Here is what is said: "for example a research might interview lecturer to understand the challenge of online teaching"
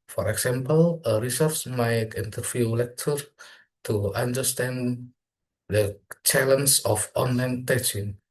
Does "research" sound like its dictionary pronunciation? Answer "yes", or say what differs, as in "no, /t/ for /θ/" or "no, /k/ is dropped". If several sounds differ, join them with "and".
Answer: no, /s/ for /tʃ/